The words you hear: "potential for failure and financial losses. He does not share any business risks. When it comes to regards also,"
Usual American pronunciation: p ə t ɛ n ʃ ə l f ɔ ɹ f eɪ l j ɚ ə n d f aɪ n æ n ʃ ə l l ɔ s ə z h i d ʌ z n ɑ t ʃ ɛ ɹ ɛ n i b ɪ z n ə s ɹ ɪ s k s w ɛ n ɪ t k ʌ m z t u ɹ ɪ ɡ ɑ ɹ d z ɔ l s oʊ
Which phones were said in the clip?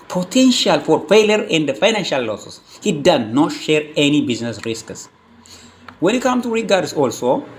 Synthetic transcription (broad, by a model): p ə t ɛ n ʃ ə l f ɔ ɹ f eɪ l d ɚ ə n d f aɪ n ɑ n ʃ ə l l ɔ s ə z h i d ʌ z n ɑ t ʃ ɛ ɹ ɛ n i b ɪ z n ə s ɹ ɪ s k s w ɛ n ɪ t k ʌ m t u ɹ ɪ ɡ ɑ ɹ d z ɔ l s oʊ